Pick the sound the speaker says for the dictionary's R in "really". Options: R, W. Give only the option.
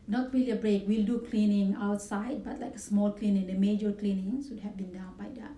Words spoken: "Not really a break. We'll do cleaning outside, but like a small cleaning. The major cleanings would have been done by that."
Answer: W